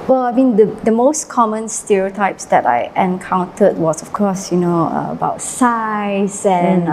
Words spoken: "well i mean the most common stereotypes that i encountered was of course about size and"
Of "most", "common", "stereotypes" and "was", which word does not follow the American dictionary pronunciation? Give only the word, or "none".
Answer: was